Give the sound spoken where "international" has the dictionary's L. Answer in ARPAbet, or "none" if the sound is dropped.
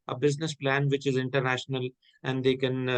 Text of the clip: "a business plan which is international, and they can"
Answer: L